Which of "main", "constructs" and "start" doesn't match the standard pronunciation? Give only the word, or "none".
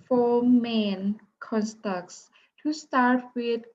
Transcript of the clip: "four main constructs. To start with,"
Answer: constructs